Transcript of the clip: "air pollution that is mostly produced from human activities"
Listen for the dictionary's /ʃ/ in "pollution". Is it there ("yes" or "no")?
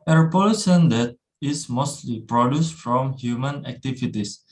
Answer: no